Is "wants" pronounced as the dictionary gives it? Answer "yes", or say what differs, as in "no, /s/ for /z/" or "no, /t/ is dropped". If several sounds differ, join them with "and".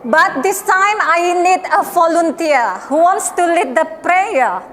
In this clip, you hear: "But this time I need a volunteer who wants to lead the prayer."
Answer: yes